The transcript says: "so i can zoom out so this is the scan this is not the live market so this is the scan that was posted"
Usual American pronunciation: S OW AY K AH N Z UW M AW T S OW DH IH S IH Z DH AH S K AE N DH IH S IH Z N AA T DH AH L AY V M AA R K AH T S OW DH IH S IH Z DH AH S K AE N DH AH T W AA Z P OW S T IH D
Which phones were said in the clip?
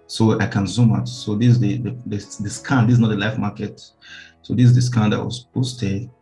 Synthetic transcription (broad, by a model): S OW AY K AH N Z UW M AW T S OW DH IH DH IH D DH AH S K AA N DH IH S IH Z N AA T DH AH L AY F M AA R K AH T S OW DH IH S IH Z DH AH S K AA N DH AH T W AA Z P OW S T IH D